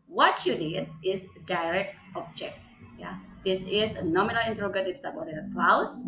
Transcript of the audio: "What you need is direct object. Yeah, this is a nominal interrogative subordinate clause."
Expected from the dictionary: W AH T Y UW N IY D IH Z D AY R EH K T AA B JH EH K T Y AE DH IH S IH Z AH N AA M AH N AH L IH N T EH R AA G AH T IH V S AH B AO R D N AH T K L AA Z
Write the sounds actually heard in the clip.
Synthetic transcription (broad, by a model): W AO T Y UW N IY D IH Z D AY R EH K T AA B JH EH K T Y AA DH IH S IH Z AH N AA M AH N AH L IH N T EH R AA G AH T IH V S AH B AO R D AH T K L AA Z